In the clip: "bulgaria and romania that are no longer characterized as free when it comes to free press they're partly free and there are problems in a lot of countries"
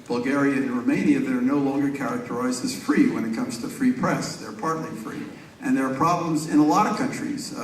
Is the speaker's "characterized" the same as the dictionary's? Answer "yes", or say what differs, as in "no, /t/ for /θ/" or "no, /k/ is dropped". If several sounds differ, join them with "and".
yes